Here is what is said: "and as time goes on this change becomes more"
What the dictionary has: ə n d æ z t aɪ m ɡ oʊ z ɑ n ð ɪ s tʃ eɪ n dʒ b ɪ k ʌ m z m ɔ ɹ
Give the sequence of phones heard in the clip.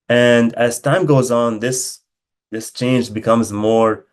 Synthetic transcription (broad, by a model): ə n d æ z t aɪ m ɡ oʊ z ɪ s ð ɪ s tʃ eɪ n dʒ b ɪ k ʌ m z m ɔ ɹ